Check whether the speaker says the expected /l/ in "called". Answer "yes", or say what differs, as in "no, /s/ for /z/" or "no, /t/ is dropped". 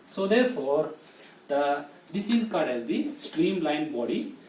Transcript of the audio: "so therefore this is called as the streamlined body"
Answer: no, /l/ is dropped